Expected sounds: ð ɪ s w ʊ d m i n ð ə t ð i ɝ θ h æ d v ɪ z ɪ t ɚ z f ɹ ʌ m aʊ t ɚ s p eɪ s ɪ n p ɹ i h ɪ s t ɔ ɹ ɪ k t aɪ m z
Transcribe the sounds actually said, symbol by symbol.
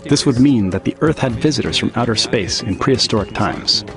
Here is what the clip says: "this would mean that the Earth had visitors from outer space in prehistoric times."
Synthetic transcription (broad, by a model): ð ɪ s w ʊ d m i n ð ə t ð i ɝ θ h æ d v ɪ z ɪ t ɚ z f ɹ ʌ m aʊ t ɚ s p eɪ s ɪ n p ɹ i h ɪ s t ɔ ɹ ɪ k t aɪ m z